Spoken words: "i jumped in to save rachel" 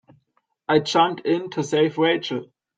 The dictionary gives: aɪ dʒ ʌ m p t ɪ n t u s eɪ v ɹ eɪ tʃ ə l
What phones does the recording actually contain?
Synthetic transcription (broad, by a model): aɪ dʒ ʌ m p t ɪ n t u s eɪ f ɹ eɪ tʃ ə l